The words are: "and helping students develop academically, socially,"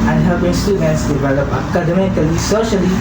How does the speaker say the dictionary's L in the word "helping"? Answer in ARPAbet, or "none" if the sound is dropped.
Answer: none